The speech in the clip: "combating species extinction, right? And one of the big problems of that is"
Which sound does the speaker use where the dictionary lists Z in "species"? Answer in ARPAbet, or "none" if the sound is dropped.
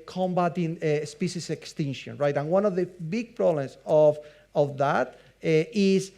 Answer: S